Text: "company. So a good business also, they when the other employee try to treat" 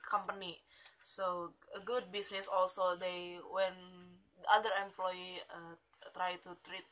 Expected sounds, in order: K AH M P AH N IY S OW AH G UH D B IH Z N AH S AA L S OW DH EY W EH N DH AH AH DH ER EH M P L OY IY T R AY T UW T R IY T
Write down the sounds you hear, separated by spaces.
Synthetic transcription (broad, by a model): K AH M P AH N IY S OW AH G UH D B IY S N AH S AA L S OW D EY W EH N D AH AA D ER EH M P L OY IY T R AY T UW T R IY T